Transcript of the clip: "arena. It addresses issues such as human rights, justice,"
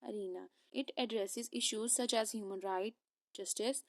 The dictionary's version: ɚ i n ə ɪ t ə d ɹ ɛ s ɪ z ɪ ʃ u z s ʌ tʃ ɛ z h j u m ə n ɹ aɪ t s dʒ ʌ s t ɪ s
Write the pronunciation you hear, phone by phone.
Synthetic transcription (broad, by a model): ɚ i n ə ɪ t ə d ɹ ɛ s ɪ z ɪ ʃ u z s ʌ tʃ ɛ z h j u m ə n ɹ aɪ t dʒ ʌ s t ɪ s